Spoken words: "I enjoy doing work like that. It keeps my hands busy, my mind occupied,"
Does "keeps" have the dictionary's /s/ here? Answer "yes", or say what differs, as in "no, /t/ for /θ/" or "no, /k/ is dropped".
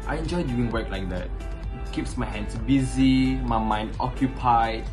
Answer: yes